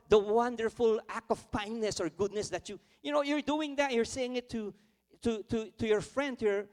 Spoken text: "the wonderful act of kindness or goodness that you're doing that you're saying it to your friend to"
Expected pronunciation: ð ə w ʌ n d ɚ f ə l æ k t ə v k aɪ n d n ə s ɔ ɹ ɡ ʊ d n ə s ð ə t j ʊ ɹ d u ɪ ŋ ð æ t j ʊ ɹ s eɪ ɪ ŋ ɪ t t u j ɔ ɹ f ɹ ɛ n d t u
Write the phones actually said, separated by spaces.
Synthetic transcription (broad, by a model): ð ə w ʌ n d ɚ f ə l æ k t ə v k aɪ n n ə s ɔ ɹ ɡ ʊ d n ə s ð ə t j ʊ ɹ d u ɪ ŋ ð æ t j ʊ ɹ s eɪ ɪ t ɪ t t u j ɔ ɹ f ɹ ɛ n d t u